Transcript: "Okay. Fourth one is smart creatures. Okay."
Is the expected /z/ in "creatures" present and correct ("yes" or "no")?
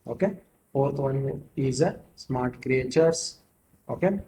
no